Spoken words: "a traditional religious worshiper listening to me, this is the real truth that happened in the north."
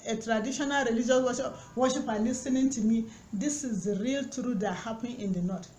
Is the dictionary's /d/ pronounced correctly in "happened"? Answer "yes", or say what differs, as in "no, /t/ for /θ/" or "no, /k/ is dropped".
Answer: no, /d/ is dropped